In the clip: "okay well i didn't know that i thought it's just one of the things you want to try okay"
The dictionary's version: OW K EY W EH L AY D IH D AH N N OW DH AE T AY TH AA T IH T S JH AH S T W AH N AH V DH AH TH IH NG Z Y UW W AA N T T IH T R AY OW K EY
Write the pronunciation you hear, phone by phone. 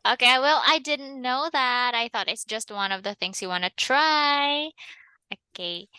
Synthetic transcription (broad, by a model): OW K EY W EH L AY D IH D N N OW DH AE T AY TH AA T IH T S JH AH S T W AH N AH V DH AH TH IH NG Z Y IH W AA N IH T R AY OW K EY